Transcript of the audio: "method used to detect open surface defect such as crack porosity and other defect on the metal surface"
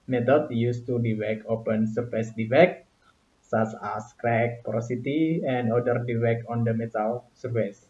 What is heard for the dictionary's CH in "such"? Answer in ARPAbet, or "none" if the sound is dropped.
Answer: S